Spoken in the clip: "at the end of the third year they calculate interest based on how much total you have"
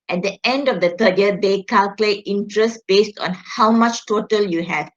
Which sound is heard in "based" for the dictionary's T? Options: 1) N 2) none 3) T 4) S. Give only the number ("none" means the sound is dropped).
3